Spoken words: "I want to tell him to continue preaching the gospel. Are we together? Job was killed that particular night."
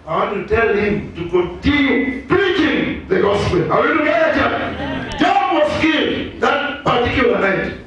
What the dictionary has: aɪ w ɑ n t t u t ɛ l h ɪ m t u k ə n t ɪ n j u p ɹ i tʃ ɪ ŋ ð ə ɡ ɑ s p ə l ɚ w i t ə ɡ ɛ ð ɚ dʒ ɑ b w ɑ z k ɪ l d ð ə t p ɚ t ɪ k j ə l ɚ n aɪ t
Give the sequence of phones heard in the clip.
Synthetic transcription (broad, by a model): aɪ w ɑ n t t u t ɛ l h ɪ m t u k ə t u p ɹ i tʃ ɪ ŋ ð ə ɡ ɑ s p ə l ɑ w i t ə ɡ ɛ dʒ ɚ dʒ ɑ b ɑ s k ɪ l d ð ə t p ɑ t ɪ k j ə l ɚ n aɪ t